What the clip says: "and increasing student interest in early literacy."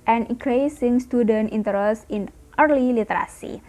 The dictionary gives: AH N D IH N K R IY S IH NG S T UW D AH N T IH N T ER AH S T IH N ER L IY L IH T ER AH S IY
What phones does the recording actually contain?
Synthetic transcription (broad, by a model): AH N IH K R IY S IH NG S T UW D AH N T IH N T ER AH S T IH N ER L IY L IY T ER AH S IY